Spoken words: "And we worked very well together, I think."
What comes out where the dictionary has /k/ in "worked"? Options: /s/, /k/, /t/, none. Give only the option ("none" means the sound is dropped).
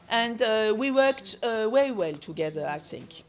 /k/